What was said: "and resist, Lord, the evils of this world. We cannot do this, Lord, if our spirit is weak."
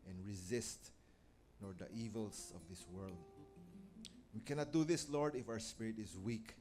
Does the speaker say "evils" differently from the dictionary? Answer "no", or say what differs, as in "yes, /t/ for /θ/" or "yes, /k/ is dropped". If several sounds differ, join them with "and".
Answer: yes, /s/ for /z/